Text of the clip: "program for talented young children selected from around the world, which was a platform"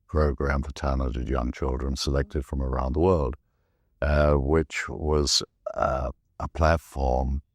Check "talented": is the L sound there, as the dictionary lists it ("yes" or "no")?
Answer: no